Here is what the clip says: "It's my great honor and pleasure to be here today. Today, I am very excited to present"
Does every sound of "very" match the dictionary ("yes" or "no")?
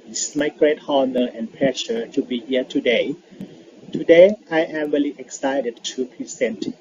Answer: no